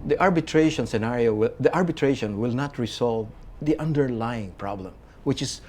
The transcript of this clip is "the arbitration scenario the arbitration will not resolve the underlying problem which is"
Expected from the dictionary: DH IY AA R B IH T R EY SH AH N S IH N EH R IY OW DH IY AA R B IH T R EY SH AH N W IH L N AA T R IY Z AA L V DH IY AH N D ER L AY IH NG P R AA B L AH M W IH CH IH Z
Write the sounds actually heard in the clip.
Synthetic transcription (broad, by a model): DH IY AA R B IH T R EY SH AH N S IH N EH R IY OW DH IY AA R B IH T R EY SH AH N W IH L N AA T R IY S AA L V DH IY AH N D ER L AY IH NG P R AA B L AH M W IH CH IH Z